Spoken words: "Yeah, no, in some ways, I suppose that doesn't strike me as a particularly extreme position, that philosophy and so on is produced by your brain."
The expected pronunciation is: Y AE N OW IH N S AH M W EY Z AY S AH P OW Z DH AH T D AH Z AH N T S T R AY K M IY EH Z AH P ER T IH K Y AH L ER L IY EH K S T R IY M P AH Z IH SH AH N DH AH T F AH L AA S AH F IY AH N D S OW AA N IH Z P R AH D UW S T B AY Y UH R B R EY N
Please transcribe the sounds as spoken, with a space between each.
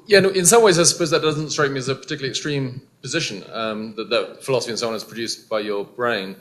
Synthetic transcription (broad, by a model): Y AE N IH N S AH M W EY Z AY S AH P OW Z DH AH T D AH Z AH N T S T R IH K M IY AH Z AH P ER T IH K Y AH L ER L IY EH K S T R IY M P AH Z IH SH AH N DH AH T F AH L AA S AH F IY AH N S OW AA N IH Z P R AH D UW S B AY Y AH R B R EY N